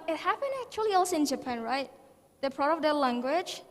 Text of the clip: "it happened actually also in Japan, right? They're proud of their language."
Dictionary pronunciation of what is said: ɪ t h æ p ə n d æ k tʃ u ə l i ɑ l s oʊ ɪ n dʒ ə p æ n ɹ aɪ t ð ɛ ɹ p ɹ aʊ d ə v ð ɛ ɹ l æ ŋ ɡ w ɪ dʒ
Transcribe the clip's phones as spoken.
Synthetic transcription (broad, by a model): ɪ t h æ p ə n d æ k tʃ u ə l i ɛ l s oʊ ɪ n dʒ ə p æ n ɹ aɪ t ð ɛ p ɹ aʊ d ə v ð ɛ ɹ l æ ŋ ɡ w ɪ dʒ